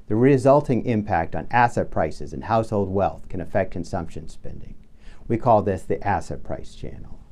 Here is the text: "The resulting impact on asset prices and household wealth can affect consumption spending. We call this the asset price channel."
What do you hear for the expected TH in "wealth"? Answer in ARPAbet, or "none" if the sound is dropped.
TH